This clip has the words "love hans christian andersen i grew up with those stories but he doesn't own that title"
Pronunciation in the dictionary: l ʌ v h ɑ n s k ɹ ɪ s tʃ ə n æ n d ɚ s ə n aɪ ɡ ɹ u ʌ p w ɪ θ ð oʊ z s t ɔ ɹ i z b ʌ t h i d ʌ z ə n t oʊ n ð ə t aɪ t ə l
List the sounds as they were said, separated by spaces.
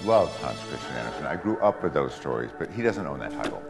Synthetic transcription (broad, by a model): l ʌ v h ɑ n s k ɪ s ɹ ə æ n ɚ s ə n aɪ ɡ ɹ u ʌ p w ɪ ð oʊ z s t ɔ ɹ i z b ʌ t h i d ʌ z ə n t oʊ n ð ə t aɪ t l